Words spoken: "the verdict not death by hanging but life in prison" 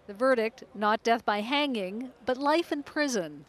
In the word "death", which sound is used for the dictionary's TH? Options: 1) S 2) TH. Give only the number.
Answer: 2